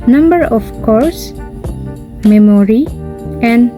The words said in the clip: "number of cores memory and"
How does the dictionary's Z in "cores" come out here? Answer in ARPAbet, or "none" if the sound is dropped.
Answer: S